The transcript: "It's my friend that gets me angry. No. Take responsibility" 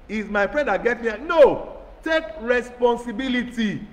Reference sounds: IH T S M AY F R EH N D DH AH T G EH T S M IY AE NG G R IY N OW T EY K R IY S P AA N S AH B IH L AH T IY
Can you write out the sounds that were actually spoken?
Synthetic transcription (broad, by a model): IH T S M AY F R EH N D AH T G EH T M IY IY N OW T EY K R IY S P AA N S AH B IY L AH T IY